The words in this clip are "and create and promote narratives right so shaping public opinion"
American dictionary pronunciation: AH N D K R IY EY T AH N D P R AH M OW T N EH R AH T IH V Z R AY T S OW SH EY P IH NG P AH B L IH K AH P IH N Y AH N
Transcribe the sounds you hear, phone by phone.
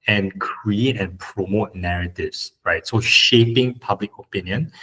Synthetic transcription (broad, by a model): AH N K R R IY EY T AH N P R AH M OW T N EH R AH T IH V S R AY T S OW SH EY P IH NG P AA B L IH K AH P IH N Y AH N